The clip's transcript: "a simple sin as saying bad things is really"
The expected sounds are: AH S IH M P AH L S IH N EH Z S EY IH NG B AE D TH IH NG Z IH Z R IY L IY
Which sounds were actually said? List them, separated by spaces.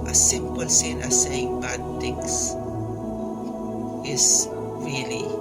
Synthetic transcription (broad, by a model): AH S IH M P AH L S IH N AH S EY IH NG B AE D T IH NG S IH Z R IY L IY